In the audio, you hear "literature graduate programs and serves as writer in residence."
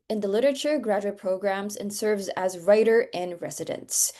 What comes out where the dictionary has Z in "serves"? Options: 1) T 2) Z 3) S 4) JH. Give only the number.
2